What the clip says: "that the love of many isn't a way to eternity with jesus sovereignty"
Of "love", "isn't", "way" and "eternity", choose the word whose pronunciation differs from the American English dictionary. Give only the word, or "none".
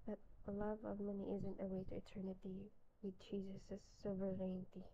none